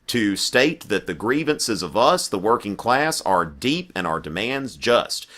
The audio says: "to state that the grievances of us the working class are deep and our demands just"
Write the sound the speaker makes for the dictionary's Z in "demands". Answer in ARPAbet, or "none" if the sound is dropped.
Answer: Z